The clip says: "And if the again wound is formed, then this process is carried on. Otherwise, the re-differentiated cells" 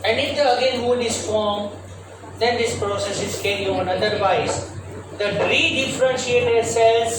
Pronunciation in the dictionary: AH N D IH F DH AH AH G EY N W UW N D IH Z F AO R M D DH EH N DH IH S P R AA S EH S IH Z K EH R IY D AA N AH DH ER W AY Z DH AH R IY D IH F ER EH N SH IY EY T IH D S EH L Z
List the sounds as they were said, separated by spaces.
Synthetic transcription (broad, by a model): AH N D IH F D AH AH G EY N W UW D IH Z F AO R M D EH N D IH S P R AA S EH S IH Z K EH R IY AA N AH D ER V AY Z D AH R IY D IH F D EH N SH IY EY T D S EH L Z